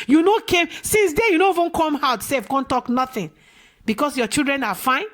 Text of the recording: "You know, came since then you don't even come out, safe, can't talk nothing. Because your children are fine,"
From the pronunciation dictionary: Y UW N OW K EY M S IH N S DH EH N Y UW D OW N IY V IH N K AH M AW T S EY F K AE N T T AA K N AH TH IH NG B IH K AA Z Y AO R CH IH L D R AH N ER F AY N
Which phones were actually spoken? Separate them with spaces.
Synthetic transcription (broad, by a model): Y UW N OW K EY M S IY N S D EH Y UW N OW IY V IH N K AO M AW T S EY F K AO N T T AA K N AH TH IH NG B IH K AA S Y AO CH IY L D R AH N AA F AY N